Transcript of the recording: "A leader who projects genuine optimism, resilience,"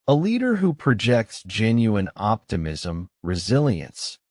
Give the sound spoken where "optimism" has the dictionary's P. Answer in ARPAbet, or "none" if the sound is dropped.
P